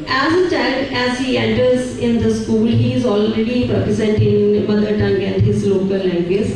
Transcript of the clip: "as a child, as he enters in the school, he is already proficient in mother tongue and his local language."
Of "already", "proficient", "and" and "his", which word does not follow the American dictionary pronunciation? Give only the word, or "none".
proficient